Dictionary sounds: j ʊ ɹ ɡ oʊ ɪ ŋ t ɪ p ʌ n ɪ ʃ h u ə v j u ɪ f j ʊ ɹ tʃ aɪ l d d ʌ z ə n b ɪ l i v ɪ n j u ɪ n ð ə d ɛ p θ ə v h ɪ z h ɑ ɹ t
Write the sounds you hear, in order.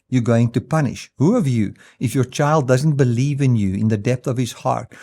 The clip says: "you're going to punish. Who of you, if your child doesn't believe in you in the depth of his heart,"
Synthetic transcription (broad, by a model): j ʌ ɹ ɡ oʊ ɪ ŋ t ɪ p ʌ n ɪ ʃ h u ə v j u ɪ f j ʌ ɹ tʃ aɪ l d d ʌ z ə n b ɪ l i v ɪ n j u ɪ n ð ə d ɛ p θ ə v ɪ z h ɑ ɹ t